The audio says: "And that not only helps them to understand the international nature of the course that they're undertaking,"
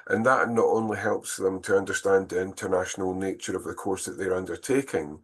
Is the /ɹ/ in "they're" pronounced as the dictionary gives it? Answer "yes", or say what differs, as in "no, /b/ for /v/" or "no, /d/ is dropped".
yes